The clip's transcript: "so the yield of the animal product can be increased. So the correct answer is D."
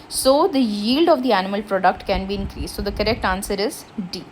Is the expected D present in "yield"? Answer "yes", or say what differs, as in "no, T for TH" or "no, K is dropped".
yes